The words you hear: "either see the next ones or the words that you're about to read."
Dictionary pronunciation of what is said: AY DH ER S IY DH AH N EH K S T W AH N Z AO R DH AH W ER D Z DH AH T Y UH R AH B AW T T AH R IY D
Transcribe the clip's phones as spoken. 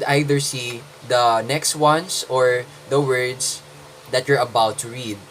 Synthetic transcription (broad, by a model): AY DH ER S IY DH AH N EH K S T W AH N S AO R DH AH W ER D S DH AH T Y UH R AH B AW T T AH R IY D